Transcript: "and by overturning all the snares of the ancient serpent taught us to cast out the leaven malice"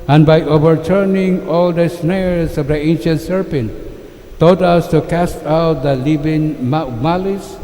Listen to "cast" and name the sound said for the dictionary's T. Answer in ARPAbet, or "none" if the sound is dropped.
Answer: T